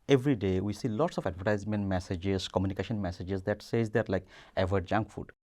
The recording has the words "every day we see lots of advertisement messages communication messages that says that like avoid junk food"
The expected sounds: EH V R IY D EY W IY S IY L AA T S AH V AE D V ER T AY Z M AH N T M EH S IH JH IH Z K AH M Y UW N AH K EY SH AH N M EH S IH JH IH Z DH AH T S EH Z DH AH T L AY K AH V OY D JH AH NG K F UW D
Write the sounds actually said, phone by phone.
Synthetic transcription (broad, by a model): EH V R IY D EY W IY S IY L AA T S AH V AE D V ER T AY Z M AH N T M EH S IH JH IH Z K AH M Y UW N AH K EY SH AH N M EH S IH JH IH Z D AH T S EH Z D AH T L AY K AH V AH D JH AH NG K F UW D